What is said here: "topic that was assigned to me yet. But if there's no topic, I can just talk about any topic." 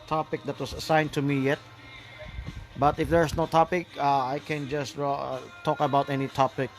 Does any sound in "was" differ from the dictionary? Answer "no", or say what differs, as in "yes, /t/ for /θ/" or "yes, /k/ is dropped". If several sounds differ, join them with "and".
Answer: yes, /s/ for /z/